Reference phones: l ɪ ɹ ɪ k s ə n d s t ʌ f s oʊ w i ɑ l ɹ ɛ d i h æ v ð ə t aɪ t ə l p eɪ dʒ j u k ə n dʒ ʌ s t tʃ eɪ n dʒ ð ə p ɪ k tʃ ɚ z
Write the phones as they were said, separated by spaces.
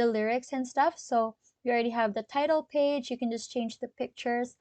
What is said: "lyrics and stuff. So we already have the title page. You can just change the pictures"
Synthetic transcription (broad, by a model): l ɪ ɹ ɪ k s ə n s t ʌ f s oʊ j ɑ l ɹ ɛ d i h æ v ð ə t aɪ t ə l p eɪ dʒ j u k ə n dʒ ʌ s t tʃ eɪ n dʒ ð ə p ɪ k tʃ ɚ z